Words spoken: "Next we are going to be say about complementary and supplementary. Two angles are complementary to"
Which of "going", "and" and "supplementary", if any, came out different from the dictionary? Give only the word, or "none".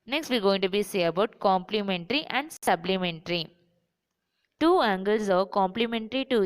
supplementary